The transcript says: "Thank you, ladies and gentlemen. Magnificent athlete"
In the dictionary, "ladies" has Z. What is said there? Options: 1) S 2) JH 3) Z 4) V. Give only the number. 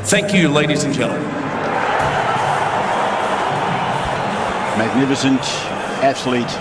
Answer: 3